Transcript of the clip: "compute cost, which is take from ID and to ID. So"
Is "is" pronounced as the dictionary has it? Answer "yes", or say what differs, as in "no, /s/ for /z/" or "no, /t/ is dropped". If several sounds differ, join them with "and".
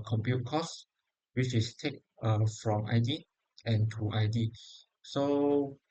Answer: no, /s/ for /z/